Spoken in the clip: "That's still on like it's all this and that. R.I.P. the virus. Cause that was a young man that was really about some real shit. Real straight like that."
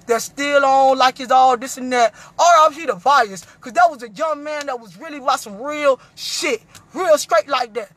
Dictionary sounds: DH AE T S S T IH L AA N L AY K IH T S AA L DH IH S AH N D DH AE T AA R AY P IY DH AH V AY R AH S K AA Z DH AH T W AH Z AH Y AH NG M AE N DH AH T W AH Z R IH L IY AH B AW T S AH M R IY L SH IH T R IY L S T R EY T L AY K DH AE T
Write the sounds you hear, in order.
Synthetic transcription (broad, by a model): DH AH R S S T IH L AA N L AY K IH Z AA L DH IH S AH N DH AE T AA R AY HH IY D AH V AY AH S K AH Z DH AH T W AH Z AH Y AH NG M AE N DH AH T W AH Z R IH L IY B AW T S AH M R IY L SH IH T R IY L S T R EY T L AY K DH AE T